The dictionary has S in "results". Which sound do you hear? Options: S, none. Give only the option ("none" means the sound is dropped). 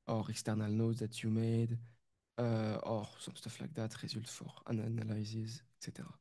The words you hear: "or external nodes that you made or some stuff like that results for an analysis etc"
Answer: none